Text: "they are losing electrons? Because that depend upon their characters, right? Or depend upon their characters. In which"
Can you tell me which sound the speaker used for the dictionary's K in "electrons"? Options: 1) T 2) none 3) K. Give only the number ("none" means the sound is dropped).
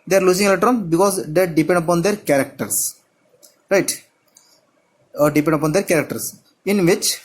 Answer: 2